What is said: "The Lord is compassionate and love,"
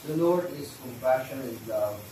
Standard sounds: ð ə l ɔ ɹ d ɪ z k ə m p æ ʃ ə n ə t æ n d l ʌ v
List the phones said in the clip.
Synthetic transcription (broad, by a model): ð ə n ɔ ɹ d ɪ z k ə m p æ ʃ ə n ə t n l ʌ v